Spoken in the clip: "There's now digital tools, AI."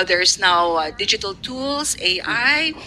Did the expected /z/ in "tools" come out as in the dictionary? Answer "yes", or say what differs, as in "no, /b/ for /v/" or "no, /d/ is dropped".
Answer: no, /s/ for /z/